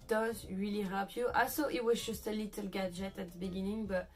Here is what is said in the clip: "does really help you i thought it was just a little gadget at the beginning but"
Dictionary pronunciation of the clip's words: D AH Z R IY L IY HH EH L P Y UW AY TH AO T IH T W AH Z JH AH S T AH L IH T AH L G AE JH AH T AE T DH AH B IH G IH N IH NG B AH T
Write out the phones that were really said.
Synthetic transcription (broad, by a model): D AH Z R IY L IY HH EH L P Y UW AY S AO T IH T W AH Z JH AH S T AH L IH T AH L G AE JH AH T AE T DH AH B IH G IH N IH NG B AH T